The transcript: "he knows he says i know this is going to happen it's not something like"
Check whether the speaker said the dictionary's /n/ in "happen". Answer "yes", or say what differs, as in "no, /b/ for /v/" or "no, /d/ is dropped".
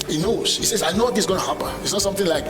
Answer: no, /n/ is dropped